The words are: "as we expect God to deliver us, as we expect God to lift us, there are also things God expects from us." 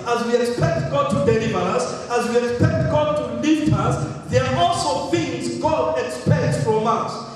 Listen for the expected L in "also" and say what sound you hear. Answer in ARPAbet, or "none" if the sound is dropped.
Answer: L